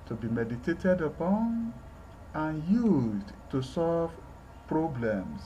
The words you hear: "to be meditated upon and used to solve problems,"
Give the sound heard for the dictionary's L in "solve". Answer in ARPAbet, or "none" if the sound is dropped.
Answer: L